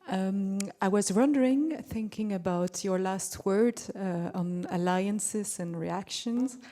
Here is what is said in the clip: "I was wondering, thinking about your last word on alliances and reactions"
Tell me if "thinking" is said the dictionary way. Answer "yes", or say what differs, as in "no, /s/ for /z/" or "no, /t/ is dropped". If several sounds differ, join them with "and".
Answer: yes